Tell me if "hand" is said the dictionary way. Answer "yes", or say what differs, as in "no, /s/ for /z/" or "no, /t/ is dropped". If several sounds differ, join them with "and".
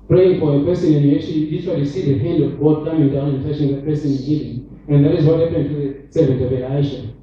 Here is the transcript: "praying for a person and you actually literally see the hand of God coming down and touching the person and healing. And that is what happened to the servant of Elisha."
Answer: yes